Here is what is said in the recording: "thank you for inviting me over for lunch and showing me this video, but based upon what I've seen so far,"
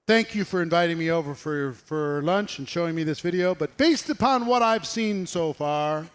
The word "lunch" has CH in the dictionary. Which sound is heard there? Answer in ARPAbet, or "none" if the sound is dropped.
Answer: CH